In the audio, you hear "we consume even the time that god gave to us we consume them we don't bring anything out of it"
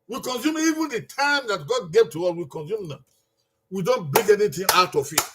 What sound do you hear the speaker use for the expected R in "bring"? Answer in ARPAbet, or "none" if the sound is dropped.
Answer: none